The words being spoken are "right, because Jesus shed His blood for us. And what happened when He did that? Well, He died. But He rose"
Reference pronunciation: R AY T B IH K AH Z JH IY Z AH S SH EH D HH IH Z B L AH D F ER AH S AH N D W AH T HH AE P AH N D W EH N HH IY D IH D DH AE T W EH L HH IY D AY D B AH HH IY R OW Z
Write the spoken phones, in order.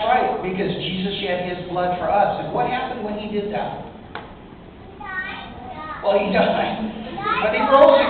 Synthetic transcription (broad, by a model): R AY T B IH K AH Z JH IY Z AH S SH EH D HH IH Z B L AH D F ER AH S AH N W AH T HH AE P AH N D W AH N IY D IH D DH AE T W EH L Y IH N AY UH B AH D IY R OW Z